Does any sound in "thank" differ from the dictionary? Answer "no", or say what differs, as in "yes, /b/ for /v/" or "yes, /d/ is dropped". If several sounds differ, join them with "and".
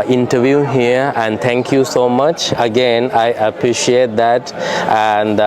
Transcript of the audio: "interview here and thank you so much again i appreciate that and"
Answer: yes, /t/ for /θ/